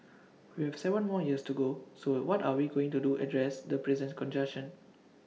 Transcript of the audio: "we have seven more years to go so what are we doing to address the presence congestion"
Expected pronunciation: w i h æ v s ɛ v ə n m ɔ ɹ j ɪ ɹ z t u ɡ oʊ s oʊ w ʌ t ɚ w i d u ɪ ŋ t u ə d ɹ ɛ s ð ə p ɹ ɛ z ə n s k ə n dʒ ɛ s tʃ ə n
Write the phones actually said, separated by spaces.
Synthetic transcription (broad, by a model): w i h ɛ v s ɛ v ə n m ɔ j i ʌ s t u ɡ oʊ s oʊ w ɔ t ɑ w i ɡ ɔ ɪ ŋ t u ə d ɹ ɛ s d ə p ɹ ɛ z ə n k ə n dʒ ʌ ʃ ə n